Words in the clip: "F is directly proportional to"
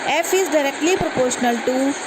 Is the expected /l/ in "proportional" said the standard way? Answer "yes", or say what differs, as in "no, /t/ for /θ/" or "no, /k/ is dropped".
yes